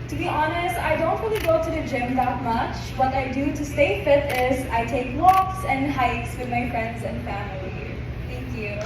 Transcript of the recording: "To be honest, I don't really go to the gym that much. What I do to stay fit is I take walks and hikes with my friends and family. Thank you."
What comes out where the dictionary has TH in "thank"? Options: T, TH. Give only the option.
T